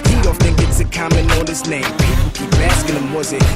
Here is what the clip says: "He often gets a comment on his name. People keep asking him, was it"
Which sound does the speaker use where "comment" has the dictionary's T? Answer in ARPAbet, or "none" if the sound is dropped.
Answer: none